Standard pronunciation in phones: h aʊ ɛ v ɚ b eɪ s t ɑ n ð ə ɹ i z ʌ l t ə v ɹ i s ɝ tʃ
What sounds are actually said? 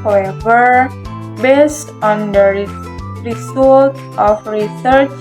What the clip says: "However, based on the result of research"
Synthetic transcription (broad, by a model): h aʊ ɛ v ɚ b eɪ s t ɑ n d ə ɹ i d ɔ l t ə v ɹ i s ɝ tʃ